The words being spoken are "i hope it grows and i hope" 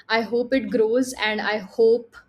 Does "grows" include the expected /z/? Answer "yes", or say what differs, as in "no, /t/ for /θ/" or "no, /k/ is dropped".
yes